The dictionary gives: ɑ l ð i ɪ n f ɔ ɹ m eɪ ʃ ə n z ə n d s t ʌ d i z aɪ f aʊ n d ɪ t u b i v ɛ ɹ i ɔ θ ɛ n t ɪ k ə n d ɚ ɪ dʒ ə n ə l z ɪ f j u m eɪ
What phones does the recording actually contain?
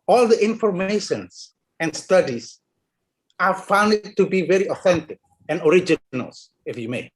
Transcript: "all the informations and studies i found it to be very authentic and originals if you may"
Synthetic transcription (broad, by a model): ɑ l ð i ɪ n f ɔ ɹ m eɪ ʃ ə n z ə n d s t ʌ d i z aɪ f aʊ n d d t u b i v ɛ ɹ i ɔ θ ɛ n t ɪ k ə n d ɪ dʒ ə n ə l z ɪ f j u m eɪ